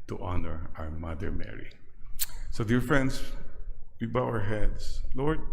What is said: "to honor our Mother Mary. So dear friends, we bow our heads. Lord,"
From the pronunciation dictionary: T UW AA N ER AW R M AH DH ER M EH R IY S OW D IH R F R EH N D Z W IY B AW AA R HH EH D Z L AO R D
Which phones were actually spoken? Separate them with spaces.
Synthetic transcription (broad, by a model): T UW AA N ER AW R M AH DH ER M EH R IY S OW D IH R F R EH N D S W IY B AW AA R HH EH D S L AO R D